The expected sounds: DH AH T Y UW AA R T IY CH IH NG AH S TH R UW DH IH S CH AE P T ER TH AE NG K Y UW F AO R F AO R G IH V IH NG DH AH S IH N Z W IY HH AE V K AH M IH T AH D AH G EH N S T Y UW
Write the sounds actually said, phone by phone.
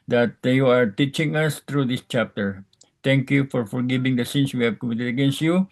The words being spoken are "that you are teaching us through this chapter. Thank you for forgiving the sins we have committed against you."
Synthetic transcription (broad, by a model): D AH T Y UW AA R T IY CH IH NG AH S T R UW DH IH S CH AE P T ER T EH NG K Y UW F AO R F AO R G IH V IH NG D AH S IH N S W IY HH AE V K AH M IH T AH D AH G EH N S T Y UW